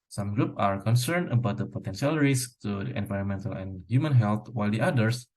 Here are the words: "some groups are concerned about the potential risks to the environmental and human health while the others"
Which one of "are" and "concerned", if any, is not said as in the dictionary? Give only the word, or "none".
none